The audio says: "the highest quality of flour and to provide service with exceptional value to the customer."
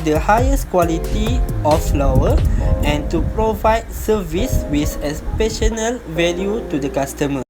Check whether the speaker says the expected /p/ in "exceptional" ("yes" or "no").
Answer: no